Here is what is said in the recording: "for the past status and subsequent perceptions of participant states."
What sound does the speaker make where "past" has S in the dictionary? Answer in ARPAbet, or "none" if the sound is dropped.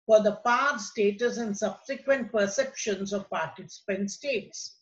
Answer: none